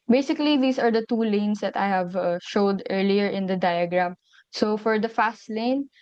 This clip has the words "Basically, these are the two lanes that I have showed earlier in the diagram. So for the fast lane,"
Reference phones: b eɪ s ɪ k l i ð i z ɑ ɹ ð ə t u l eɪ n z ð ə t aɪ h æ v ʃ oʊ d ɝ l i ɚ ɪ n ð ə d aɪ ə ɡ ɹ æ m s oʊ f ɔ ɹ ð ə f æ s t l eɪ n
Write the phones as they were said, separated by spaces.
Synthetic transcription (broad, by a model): b eɪ s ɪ k l i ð i s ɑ ɹ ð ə t u l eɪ n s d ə t aɪ h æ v ʃ oʊ d ɝ l i ɚ ɪ n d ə d aɪ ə ɡ ɹ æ m s oʊ f ɔ ɹ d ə f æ s t l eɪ n